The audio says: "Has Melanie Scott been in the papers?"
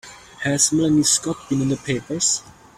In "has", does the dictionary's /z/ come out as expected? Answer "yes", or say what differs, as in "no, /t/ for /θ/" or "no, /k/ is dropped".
no, /s/ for /z/